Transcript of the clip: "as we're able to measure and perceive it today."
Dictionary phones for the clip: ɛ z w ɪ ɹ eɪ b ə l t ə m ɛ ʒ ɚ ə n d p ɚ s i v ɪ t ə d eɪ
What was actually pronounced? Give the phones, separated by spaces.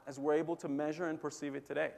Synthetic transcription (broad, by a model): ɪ z w ɪ ɹ eɪ b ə l t ə m ɛ ʒ ɚ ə n p ɚ s i v ɪ t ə d eɪ